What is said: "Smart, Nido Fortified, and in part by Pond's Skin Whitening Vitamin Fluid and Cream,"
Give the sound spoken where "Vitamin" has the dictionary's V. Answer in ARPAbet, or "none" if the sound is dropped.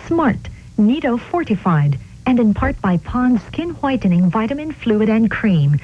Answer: V